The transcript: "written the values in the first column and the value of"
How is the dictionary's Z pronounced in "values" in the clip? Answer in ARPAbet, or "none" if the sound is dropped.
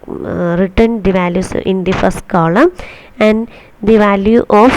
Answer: S